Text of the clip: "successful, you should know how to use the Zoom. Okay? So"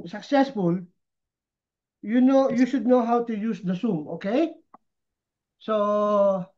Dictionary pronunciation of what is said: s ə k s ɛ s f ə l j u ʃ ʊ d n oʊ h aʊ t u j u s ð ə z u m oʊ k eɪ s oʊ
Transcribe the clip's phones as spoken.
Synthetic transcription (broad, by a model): s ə k s ɛ s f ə l j u ʃ ʊ d n oʊ h aʊ t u j u s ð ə s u m oʊ k eɪ s oʊ